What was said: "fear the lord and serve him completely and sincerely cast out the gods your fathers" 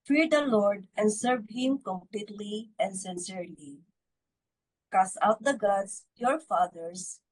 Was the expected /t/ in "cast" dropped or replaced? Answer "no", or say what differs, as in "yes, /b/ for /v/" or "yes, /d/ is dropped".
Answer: yes, /t/ is dropped